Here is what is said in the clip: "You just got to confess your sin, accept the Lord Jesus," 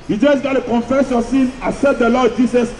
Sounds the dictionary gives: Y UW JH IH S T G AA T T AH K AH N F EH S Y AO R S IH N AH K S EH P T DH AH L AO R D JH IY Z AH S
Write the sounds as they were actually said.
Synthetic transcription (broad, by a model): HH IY JH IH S G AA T T AH K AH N F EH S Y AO S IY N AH S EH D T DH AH L AO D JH IY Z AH S